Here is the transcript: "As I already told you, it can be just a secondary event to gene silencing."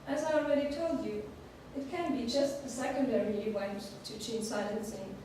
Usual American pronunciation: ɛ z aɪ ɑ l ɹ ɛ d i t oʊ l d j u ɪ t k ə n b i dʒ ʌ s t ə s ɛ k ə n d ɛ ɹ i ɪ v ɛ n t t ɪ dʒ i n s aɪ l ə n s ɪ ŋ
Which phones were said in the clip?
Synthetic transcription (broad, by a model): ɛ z aɪ ɑ l ɹ ɛ d i t oʊ l d j u ɪ t k ə n b i dʒ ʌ s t ə s ɛ k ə n d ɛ ɹ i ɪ w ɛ n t t ɪ tʃ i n s aɪ l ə n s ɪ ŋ